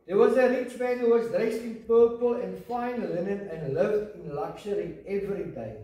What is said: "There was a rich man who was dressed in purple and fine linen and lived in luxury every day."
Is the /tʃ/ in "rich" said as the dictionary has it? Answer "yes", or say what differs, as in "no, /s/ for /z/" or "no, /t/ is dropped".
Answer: yes